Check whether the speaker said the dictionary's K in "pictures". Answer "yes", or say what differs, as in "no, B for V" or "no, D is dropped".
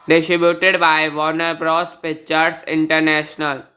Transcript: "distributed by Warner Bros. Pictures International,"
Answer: no, K is dropped